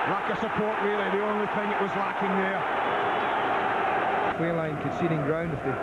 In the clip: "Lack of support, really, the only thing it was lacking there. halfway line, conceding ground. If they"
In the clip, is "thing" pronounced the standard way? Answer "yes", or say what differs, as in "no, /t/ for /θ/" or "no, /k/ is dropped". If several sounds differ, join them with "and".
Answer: yes